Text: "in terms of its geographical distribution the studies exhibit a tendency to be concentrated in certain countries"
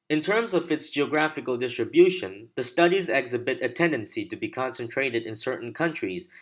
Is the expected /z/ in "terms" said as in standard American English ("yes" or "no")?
yes